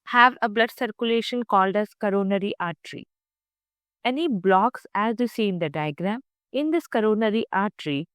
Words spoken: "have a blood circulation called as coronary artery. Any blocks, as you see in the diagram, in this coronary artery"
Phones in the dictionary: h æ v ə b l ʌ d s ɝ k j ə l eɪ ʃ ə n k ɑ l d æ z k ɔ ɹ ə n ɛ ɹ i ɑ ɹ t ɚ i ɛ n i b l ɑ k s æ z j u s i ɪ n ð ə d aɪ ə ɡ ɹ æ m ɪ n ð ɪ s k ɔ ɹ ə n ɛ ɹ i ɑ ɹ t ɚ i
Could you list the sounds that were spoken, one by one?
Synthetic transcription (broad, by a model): h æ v ə b l ʌ d s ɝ k j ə l eɪ ʃ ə n k ɑ l d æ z k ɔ ɹ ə n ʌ ɹ i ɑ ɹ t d i ɛ n i b l ɑ k s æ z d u s i ɪ n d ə d aɪ ə ɡ ɹ æ m ɪ n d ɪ s k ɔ ɹ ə n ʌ ɹ i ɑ ɹ t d i